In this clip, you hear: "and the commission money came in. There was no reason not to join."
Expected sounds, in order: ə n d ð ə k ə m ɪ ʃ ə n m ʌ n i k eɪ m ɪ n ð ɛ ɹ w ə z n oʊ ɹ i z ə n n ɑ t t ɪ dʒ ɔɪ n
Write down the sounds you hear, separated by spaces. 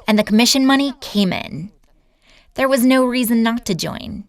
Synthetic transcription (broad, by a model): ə n ð ə k ə m ɪ ʃ ə n m ʌ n i k eɪ m ɪ n ð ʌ ɹ w ə z n oʊ ɹ i z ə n n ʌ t t ɪ dʒ ɔɪ n